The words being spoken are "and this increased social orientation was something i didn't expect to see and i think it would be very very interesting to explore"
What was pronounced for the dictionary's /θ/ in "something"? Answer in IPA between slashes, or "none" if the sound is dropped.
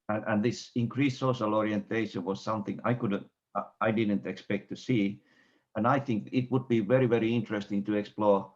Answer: /θ/